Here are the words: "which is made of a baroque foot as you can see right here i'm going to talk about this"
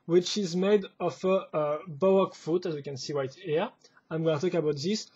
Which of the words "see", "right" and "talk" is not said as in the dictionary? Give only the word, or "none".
right